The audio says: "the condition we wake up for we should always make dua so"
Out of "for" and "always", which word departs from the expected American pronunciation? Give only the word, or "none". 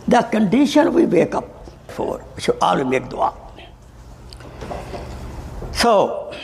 always